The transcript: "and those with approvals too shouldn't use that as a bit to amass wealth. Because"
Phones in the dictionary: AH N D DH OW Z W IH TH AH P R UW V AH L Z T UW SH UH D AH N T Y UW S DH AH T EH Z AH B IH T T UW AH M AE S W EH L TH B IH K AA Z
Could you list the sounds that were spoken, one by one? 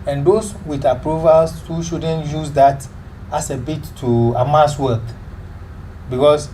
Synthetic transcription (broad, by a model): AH N D OW S W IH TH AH P R UW V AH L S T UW SH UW D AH N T Y UW S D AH T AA S AH B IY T T UW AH M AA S W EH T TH B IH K AA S